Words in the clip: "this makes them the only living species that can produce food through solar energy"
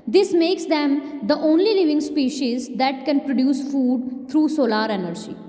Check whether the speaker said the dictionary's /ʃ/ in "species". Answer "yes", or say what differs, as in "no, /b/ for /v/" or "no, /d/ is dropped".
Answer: yes